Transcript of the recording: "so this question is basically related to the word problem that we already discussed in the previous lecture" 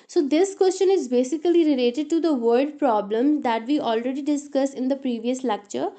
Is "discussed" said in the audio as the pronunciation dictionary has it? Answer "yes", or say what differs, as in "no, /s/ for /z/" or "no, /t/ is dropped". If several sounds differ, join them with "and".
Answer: no, /t/ is dropped